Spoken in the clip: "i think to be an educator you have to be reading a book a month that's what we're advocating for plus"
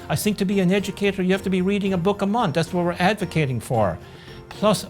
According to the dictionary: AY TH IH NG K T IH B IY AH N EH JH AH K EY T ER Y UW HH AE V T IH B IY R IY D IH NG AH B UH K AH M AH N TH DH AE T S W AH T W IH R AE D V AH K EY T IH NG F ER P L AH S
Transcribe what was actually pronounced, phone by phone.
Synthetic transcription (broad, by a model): AY TH IH NG K T IH B IY AH N EH JH AH K EY T ER Y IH HH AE F T IH B IY R IY D IH NG AH B UH K AH M AH N TH DH AE T S W AH T W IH R AE D V AH K EY T IH NG F ER P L AH S